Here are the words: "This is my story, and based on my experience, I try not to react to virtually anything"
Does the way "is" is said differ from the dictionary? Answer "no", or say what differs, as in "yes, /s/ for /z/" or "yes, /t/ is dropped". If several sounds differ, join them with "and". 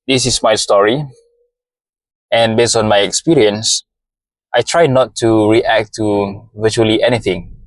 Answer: yes, /s/ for /z/